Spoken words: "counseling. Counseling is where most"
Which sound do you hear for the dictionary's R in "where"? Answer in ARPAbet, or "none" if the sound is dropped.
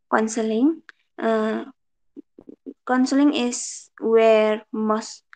R